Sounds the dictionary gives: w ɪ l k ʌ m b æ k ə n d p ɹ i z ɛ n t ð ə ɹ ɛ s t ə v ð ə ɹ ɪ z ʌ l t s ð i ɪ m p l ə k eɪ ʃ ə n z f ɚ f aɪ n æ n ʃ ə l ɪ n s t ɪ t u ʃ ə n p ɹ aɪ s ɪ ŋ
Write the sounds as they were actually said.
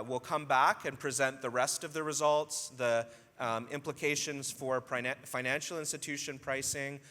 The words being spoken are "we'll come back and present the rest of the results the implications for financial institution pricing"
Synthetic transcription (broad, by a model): w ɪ l k ʌ m b æ k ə n p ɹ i z ɛ n ð ə ɹ ɛ s t ə v ð ə ɹ ɪ z ʌ l t s ð i ɪ m p l ə k eɪ ʃ ə n z f ɚ f aɪ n æ n ʃ l ɪ n s t ɪ t u ʃ ə n p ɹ aɪ s ɪ ŋ